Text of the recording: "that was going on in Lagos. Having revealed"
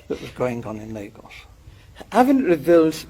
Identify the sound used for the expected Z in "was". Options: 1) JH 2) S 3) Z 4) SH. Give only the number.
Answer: 3